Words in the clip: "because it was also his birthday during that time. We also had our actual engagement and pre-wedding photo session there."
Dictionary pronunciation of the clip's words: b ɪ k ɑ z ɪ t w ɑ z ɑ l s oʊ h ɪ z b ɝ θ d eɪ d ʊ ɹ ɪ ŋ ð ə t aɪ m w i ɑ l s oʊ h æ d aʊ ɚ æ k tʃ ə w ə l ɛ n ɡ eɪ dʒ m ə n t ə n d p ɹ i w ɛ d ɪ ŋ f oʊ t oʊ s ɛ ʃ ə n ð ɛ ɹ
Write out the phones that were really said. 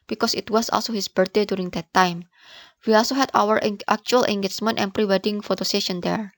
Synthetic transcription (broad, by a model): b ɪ k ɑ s ɪ t w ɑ s ɑ l s oʊ h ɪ s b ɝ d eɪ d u ɹ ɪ ŋ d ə t aɪ m w i ɑ l s oʊ h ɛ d aʊ ɚ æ k tʃ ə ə l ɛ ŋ ɡ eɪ tʃ m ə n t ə n p ɹ i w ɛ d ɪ ŋ f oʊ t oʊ s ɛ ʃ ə n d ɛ ɹ